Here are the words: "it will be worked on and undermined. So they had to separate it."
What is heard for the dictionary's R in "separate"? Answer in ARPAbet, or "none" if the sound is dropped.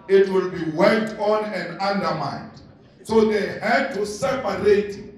none